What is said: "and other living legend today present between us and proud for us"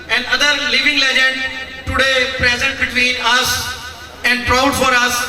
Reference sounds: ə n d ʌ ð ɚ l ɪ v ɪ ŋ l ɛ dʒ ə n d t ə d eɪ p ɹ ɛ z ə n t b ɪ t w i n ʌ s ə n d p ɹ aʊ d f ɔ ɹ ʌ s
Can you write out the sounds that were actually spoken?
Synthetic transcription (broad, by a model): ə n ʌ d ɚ l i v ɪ ŋ l ɛ dʒ ə n d t ə d eɪ p ɹ ɛ z ə n t b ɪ t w i n ʌ s ə n d p ɹ aʊ d f ɔ ɹ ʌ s